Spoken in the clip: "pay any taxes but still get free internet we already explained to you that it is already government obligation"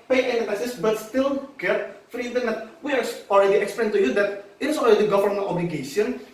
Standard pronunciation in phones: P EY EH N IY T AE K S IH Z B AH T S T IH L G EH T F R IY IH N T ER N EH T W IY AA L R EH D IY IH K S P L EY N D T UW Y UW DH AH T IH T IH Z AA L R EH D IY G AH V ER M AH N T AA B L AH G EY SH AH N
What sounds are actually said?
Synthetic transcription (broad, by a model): P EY EH N IY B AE S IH S B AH T S T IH L G EH T F R IY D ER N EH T W IY AA L R EH D IY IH K S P L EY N T UW Y UW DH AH T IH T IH S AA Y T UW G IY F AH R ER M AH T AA B L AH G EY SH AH N